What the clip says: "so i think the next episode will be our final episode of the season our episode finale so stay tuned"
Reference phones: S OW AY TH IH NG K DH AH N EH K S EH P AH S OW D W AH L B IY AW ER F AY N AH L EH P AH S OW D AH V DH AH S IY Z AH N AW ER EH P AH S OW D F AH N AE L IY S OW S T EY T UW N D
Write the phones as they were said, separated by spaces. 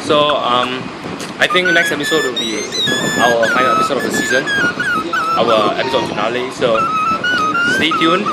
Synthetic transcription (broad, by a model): S OW AY T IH NG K N EH K S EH P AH S OW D W AH L B IY AW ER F AY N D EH P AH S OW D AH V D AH S IY Z AH N AW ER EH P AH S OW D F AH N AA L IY S OW S T EY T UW N